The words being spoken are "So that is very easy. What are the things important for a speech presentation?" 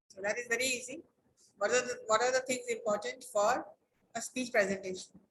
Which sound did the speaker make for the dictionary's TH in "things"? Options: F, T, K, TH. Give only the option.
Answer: T